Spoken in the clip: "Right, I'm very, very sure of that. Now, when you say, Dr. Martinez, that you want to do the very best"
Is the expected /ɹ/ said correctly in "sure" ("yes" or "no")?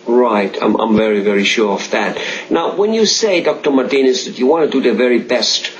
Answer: yes